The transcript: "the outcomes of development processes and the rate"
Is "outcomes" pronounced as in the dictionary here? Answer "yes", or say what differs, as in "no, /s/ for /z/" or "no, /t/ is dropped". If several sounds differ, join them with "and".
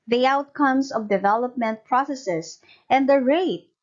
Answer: no, /s/ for /z/